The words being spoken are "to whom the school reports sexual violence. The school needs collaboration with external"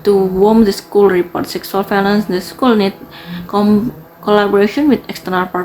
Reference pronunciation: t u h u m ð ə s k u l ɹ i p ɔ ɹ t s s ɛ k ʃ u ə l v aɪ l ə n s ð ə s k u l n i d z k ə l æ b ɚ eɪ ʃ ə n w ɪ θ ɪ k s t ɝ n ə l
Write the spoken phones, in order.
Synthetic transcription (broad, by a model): t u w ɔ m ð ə s k u l ɹ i p ɔ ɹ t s s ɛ k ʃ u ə l f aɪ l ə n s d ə s k u l n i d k k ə l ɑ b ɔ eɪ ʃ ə n w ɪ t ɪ k s t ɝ n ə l